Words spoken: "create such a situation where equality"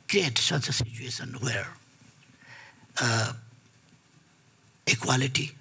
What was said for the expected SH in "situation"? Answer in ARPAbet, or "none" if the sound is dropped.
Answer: S